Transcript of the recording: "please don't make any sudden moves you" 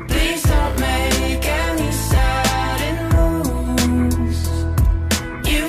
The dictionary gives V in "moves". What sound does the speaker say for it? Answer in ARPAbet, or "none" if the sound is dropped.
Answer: none